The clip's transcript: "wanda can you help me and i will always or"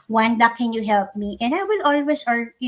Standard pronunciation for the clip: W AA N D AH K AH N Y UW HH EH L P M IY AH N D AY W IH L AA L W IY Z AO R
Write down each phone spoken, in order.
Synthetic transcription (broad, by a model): W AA N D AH K AH N Y UW HH EH L P M IY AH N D AY W IH L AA L W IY S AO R